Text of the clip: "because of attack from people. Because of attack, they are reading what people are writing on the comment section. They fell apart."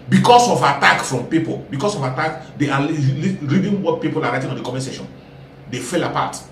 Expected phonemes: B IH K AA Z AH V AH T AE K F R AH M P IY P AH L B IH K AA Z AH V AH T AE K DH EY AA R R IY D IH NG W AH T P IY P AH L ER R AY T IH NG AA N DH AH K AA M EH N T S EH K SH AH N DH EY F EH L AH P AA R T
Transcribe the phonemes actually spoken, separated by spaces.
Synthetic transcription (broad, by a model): B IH K AA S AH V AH T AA K F R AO M P IY P AH L B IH K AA S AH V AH T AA K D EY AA L R IY D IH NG W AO T P IY P AH L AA R AY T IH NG AA N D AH K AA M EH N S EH SH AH N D EY F EH L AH P AA T